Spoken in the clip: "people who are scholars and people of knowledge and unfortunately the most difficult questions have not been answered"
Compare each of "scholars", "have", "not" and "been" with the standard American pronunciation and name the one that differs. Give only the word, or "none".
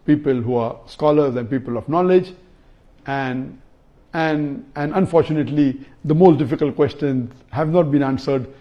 none